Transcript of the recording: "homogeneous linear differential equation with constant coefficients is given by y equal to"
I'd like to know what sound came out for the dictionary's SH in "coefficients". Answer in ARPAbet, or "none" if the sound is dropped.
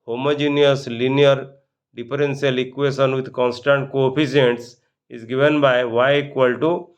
none